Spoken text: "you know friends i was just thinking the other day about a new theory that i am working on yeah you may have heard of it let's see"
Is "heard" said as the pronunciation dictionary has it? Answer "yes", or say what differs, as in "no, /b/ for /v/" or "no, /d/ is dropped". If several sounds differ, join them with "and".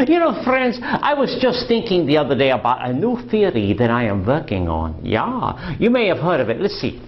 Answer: yes